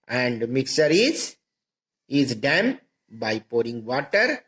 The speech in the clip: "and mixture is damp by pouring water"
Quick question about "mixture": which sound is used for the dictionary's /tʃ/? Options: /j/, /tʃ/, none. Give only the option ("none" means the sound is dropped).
none